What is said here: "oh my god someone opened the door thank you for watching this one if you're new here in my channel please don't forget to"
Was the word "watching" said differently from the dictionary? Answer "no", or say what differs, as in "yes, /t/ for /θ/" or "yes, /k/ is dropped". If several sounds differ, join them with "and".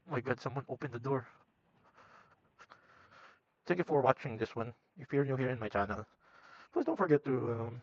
no